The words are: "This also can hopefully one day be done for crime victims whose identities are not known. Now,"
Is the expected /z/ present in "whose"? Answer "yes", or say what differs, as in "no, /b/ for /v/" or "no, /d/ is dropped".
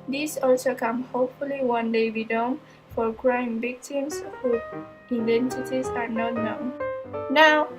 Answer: no, /z/ is dropped